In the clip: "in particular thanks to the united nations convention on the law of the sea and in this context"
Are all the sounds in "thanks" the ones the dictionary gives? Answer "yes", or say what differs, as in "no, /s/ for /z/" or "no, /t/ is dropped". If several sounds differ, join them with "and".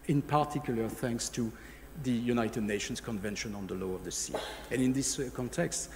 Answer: yes